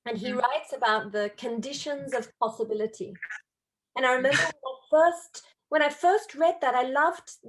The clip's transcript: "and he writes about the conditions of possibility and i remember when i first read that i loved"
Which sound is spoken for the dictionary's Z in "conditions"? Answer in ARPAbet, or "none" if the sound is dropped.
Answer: Z